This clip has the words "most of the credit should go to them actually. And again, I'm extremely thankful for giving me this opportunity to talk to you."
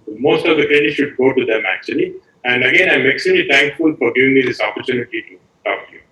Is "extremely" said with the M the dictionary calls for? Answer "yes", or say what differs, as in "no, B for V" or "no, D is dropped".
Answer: no, M is dropped